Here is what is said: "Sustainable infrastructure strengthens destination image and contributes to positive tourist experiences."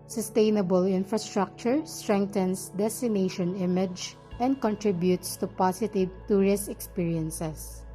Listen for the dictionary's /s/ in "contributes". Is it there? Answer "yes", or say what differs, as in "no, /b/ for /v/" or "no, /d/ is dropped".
yes